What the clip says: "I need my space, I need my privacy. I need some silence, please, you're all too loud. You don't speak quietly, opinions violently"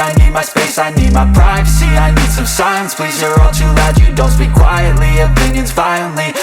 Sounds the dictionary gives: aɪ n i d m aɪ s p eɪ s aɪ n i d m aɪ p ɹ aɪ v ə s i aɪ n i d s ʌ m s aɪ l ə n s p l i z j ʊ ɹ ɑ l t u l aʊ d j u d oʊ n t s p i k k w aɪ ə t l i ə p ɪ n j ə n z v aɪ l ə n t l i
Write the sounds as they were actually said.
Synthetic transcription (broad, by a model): aɪ n i d m aɪ s p eɪ s aɪ n i d m aɪ p ɹ aɪ v ə s i aɪ n i d s ʌ m s aɪ ə n s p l i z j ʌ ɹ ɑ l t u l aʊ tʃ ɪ d oʊ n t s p i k k w aɪ ə t l i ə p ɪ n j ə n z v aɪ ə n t l i